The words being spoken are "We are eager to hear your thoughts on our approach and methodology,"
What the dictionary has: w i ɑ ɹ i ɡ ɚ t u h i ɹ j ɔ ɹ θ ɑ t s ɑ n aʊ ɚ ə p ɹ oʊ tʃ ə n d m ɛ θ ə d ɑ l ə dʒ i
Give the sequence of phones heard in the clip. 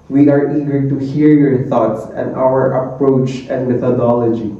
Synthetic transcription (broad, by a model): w i ɑ ɹ i ɡ ɚ t u h i ɹ j ɔ ɹ t ɑ t s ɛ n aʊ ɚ ə p ɹ oʊ tʃ ə n d m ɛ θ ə d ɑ l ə dʒ i